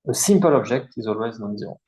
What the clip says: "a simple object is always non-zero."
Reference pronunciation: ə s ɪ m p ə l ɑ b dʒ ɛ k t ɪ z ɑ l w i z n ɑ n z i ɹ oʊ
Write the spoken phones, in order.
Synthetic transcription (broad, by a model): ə s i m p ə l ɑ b ʒ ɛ k t ɪ z ɑ l w i z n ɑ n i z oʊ